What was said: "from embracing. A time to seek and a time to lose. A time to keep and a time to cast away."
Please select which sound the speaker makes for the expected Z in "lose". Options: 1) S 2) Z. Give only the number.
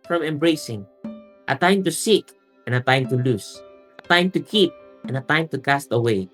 1